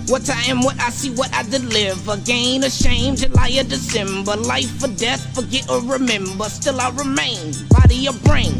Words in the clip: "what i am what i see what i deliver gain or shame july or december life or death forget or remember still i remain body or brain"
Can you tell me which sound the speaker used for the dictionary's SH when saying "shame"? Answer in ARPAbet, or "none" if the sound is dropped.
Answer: SH